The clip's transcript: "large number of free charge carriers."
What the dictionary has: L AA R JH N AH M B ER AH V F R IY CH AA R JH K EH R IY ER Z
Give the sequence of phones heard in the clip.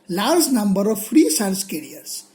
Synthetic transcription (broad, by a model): L AA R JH N AH M B ER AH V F R IY S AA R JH K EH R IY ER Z